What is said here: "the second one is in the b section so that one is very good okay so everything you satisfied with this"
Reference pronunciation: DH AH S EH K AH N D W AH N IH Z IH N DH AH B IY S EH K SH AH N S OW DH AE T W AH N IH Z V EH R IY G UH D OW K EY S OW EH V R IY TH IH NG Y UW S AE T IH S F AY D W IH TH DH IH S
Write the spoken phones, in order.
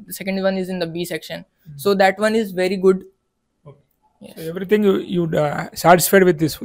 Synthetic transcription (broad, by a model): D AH S EH K AH N D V AH N IH Z IH N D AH B IY S EH K SH AH N S OW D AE T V AH N IH Z V EH R IY G UH D OW K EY S OW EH V R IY T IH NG Y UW S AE T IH S F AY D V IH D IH S